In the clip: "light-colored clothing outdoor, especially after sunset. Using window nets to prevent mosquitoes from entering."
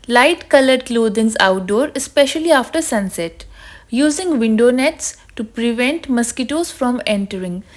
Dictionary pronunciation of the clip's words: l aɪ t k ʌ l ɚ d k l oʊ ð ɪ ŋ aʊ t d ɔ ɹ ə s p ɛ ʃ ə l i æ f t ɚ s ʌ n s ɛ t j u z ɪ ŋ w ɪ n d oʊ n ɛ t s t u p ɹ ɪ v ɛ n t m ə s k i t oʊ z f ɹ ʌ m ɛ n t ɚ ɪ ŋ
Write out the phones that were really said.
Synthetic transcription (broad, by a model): l aɪ t k ʌ l ɚ d k l oʊ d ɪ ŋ aʊ t d ɔ ɹ ə s p ɛ ʃ ə l i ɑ f t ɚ s ʌ n s ɛ t j u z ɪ ŋ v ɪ n d oʊ n ɛ t s t u p ɹ ɪ v ɛ n t m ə s k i t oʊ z f ɹ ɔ m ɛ n t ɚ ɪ ŋ